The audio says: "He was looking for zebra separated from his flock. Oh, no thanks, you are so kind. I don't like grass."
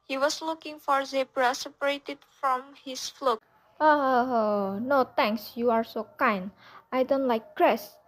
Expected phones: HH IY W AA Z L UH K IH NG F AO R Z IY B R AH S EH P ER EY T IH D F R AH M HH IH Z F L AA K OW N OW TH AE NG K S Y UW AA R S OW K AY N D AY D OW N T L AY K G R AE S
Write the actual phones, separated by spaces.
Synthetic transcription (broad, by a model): HH IY W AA S L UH K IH NG F AO R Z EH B R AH S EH P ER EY T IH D F R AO M HH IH S F L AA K OW N OW T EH NG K S Y UW AA R S OW K AY N AY D OW N T L AY K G R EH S